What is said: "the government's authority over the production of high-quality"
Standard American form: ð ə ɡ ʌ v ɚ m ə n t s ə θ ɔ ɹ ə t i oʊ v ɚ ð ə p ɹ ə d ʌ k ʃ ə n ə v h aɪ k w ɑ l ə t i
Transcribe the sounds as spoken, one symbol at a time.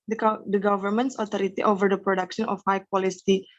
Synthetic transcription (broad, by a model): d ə ɡ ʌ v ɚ m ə n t s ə t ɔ ɹ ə t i oʊ v ɚ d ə p ɹ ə d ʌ k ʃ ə n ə f h aɪ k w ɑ l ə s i